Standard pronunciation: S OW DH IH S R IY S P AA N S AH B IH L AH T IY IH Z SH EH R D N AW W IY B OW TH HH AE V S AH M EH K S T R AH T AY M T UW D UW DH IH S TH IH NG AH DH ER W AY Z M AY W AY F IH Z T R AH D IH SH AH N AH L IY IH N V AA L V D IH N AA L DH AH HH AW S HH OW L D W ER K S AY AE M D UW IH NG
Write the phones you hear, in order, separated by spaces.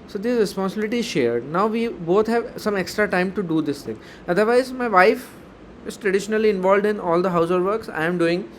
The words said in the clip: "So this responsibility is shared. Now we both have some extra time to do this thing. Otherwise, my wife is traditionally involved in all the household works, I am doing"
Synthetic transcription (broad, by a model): S OW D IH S R IY S P AA N S AH B IH L AH T IY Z SH EH R D N AW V IY B OW T HH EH V S AH M EH K S T R AH T AY M T UW D UW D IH S T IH NG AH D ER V AY Z M AY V AY F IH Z T R AH D IH SH AH N AH L IY IH N V AA L V D IH N AA L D AH HH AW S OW D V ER K S AY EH M D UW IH NG